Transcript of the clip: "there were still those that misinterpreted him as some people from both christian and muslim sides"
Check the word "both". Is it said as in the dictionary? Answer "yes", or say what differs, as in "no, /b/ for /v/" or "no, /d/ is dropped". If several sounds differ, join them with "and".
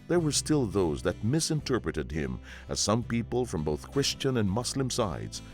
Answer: yes